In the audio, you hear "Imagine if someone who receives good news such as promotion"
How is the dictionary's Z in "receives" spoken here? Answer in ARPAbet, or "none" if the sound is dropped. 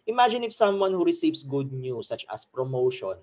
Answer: S